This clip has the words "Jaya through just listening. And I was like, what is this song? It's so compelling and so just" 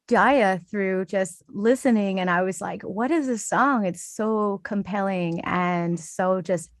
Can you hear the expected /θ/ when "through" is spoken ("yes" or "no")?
yes